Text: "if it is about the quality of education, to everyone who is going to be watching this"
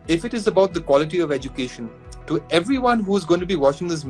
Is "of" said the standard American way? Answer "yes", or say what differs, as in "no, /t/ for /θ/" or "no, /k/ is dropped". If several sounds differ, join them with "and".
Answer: yes